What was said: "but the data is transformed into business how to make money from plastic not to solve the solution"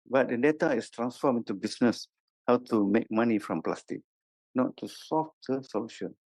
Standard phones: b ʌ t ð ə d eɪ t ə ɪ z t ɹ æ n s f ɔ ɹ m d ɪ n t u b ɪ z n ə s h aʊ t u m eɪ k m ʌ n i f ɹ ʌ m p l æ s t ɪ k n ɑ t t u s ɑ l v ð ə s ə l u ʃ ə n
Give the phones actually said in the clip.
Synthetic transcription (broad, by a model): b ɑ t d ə d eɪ t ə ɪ s t ɹ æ n s f ɔ m ɪ n t u b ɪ s n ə s h aʊ t u m eɪ k m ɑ n i f ɹ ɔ m p l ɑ s t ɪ k n ɑ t t u s ɑ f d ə s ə l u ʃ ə n